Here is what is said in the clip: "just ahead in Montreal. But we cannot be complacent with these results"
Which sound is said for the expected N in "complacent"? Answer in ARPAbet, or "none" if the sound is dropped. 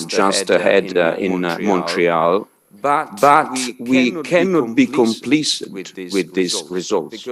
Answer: none